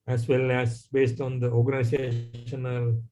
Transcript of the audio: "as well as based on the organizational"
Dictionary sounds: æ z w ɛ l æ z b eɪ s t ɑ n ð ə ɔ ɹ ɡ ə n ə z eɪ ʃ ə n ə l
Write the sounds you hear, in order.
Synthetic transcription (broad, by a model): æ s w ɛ l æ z b eɪ s t ɑ n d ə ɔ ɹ ɡ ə n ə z eɪ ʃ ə n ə l